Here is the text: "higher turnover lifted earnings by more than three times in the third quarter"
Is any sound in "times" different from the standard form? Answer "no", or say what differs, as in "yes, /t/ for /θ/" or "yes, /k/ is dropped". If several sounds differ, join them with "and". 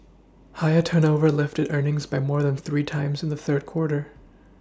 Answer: no